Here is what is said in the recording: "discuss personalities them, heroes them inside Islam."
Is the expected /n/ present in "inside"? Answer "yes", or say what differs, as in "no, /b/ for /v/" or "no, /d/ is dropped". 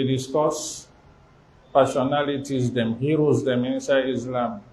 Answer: yes